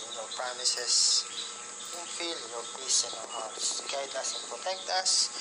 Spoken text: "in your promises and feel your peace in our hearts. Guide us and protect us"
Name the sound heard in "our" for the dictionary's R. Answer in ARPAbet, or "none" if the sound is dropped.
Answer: W